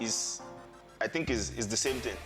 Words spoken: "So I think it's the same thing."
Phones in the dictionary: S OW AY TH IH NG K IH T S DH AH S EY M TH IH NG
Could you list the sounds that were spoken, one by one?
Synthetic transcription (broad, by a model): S AY TH IH NG K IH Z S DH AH S EY M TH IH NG